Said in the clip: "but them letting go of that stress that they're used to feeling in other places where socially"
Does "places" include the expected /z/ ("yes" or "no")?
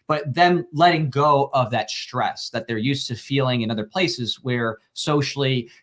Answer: yes